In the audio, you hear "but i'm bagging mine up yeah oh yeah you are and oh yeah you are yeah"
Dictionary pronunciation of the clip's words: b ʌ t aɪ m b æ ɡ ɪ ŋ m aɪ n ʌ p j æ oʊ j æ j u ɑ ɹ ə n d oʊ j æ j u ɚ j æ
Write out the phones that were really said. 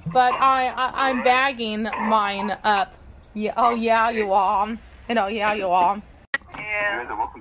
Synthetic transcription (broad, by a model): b ʌ t aɪ m b æ ɡ ɪ ŋ m aɪ n ʌ p j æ oʊ j æ j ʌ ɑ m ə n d oʊ j æ j ɚ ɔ